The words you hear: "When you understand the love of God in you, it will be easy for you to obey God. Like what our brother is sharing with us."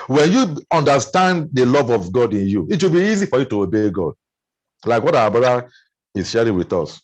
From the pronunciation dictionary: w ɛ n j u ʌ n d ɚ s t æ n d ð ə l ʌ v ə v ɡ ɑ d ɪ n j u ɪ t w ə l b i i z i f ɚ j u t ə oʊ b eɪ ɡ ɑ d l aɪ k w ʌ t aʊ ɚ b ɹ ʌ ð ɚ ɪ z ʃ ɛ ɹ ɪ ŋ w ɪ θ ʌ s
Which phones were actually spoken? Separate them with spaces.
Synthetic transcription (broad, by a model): w ɛ n j u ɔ n d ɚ s t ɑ n d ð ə l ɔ v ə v ɡ ɑ d ɪ n j u ɪ t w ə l b i i z i f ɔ j u t ə oʊ b eɪ ɡ ɑ d l aɪ k w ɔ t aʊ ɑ b ɑ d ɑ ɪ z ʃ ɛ ɹ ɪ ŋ w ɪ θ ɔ s